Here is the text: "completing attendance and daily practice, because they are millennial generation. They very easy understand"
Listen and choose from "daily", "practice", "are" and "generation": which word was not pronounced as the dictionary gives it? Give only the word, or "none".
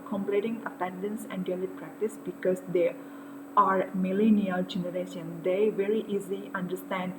none